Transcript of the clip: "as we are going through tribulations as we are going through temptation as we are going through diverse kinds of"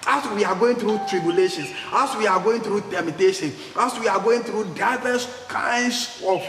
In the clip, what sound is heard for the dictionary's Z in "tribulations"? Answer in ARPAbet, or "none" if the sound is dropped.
S